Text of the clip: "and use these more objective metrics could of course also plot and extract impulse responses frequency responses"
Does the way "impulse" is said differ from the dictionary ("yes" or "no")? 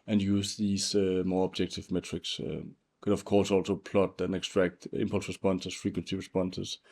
no